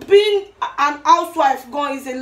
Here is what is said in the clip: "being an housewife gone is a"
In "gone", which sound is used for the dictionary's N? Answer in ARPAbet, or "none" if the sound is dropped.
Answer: none